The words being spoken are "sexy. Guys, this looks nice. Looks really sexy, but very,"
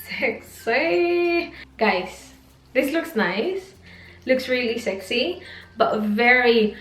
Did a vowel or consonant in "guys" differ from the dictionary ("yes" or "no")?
yes